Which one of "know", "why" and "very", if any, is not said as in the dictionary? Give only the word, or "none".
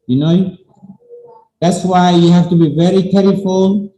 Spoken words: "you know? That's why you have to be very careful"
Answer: none